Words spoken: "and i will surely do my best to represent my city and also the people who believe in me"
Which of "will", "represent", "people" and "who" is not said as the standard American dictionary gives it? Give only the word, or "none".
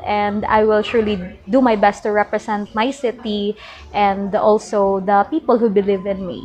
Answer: represent